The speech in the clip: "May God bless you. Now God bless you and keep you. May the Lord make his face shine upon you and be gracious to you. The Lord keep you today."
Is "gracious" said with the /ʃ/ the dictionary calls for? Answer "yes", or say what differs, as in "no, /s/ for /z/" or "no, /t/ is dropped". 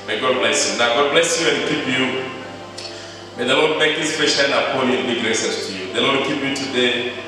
no, /s/ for /ʃ/